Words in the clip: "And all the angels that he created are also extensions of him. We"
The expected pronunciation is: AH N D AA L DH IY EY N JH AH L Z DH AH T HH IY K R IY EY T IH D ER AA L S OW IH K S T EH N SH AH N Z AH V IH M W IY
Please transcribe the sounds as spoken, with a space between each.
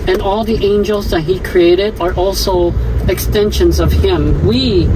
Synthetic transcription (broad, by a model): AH N AA L DH IY EY N JH AH L Z DH AH T HH IY K R IY EY T IH D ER AA L S OW IH K S T EH N SH AH N Z AH V IH M W IY